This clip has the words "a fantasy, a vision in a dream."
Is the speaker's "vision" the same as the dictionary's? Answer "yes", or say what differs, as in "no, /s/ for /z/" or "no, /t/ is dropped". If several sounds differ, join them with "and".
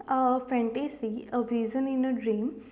no, /z/ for /ʒ/